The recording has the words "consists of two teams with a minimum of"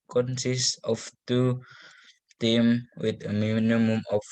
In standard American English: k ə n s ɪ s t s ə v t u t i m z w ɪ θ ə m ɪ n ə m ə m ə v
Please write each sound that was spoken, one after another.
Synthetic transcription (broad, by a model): k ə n s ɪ s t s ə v t u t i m w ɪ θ ə m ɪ n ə m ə m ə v